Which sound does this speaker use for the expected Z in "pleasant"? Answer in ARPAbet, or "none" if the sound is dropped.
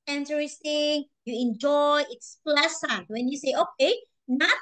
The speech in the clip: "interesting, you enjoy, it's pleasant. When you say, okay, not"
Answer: S